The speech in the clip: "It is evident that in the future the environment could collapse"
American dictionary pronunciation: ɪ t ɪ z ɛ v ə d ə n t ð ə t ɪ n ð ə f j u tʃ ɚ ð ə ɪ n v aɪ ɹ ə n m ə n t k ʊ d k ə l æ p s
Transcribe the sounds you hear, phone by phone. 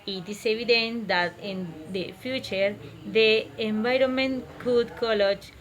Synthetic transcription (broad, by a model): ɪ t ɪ s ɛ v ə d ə n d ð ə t ɪ n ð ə f j u tʃ ɚ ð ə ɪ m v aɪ ɹ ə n m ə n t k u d k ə l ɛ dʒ